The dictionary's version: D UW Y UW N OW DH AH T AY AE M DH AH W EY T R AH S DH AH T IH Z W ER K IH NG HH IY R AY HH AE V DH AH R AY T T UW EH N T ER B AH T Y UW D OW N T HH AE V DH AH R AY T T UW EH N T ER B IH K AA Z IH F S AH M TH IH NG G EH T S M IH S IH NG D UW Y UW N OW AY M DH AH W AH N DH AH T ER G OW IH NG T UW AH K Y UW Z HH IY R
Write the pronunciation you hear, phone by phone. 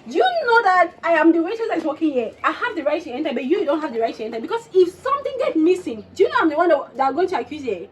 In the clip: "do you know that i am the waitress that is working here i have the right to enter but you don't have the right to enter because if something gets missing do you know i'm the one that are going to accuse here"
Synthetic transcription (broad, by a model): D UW Y UW N OW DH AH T AY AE M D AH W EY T AH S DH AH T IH K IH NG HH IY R AY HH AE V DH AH R AY T T UW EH N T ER B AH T Y UW D OW N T HH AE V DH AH R AY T T UW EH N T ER B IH K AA S IH F S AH M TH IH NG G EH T M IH S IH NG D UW Y UW N OW AY M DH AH W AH N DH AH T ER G OW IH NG T UW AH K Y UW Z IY